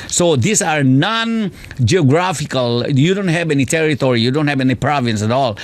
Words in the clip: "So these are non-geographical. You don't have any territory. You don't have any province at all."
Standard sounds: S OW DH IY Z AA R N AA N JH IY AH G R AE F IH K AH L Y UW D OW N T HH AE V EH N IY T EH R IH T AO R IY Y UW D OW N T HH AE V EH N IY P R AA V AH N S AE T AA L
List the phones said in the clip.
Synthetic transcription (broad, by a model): S OW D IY S AA R N AA N JH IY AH G R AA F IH K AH L Y UW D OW N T HH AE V EH N IY T EH R IH T AO R IY Y UW D OW N T HH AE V EH N IY P R AA V AH N S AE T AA L